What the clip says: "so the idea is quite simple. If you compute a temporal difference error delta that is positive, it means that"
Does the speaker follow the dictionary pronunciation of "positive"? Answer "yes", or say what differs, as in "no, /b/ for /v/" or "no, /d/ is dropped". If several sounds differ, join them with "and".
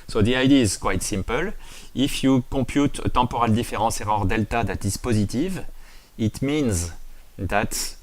yes